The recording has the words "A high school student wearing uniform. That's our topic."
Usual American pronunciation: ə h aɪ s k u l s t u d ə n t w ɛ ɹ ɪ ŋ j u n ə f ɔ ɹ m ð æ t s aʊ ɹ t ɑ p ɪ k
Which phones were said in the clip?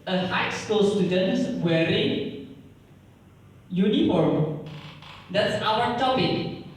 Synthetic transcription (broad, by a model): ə h aɪ s k u l s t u d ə n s w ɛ ɹ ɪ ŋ j u n ə f ɔ ɹ m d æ t s aʊ w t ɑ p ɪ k